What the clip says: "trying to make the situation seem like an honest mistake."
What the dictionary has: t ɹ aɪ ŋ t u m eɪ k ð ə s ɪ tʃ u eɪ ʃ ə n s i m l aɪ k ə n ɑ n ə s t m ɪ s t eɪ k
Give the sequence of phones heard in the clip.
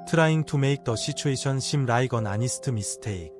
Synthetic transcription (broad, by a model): t ɹ aɪ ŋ t u m eɪ k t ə ʃ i tʃ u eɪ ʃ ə n ʃ i m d aɪ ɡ ə n ɑ n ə s t m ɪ s t eɪ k